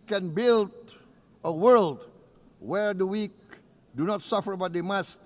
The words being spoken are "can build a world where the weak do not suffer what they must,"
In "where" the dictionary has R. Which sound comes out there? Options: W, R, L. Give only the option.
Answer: R